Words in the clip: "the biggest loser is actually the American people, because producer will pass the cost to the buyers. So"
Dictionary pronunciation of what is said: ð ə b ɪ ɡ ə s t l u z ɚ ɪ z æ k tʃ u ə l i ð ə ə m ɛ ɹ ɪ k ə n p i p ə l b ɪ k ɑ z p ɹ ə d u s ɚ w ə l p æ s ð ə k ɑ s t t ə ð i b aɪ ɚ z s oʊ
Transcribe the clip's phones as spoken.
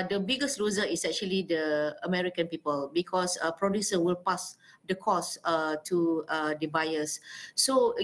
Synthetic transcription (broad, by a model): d ə b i ɡ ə s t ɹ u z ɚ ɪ s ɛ k tʃ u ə l i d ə ə m ɛ ɹ ɪ k ə n p i p ə l b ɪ k ɑ s p ɹ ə d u s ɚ w ə l p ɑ s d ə k ɑ s t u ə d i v aɪ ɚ s oʊ